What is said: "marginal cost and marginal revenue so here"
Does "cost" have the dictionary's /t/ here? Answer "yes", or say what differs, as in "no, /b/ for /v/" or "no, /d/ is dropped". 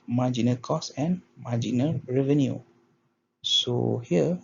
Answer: no, /t/ is dropped